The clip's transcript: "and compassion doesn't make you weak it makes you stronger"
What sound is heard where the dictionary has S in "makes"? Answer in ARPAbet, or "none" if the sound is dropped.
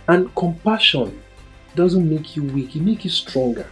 none